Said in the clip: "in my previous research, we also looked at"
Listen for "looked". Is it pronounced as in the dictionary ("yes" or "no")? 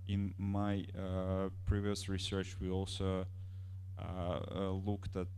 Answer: yes